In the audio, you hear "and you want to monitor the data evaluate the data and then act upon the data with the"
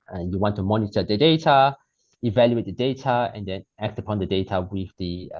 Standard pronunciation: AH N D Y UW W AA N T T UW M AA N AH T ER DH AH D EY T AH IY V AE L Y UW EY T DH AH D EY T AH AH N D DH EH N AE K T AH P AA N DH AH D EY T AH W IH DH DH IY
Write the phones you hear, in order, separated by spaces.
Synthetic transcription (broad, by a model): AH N Y UW W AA N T T UW M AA N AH T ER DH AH D EY T AH IY V AE L Y UW EY T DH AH D EY T AH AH N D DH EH N AE K T AH P AA N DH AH D EY T AH W IH DH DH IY